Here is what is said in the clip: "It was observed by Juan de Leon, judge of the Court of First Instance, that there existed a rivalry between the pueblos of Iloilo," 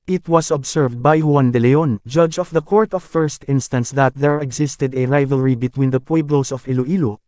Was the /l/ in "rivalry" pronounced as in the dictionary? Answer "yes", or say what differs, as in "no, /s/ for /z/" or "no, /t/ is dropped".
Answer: yes